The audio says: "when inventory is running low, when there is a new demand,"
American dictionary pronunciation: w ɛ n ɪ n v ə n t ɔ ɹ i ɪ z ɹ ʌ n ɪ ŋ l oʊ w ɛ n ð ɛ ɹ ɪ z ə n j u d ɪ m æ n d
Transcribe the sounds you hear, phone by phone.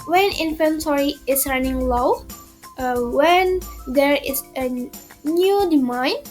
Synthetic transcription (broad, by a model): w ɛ n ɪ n f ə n s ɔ ɹ i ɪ s ɹ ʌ n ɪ ŋ l oʊ w ɛ n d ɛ ɹ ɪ s ə n j u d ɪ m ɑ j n